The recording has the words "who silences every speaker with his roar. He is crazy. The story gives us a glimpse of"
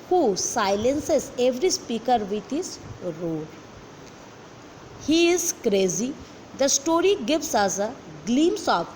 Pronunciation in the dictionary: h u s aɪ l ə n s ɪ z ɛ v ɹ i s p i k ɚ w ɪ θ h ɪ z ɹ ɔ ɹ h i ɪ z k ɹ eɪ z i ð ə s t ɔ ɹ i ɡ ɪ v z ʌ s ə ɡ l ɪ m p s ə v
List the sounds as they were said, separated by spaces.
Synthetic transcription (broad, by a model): h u s aɪ l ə n s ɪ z ɛ v ɹ i s p i k ɚ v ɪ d h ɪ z ɹ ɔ l h i ɪ z k ɹ eɪ z i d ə s t ɔ ɹ i ɡ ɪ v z ʌ s ə ɡ l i m s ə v